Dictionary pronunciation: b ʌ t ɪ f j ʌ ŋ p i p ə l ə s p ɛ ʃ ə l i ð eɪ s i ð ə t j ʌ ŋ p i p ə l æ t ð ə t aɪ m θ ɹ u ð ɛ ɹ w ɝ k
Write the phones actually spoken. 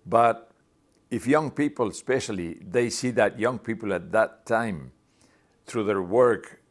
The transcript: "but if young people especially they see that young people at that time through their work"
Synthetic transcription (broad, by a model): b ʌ t ɪ f j ʌ ŋ p i p ə l s p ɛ ʃ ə l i ð eɪ s i ð ə t j ʌ ŋ p i p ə l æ t ð ə t aɪ m θ ɹ u ð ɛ ɹ w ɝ k